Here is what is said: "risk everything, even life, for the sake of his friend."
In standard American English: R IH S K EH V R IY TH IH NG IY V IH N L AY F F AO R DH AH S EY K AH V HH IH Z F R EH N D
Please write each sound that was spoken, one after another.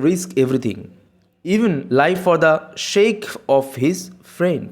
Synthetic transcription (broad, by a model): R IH S K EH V R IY T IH NG IY V IH N L AY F F AO R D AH SH EY K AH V HH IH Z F R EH N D